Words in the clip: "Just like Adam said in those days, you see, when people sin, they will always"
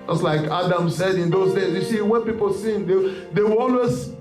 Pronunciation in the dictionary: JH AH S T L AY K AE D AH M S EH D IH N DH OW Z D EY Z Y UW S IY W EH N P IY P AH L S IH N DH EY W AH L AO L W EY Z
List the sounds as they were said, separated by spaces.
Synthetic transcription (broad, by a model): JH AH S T L AY K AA D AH M S EH D IH N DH OW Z D EY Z Y UW S IY W EH N P IY P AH L S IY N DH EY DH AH W AO L W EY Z